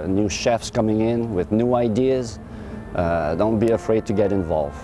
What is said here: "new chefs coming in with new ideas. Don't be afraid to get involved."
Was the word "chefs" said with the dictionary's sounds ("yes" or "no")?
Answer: yes